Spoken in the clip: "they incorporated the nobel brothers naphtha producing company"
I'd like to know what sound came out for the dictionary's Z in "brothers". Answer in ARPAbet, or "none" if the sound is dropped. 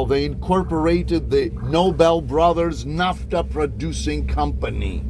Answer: Z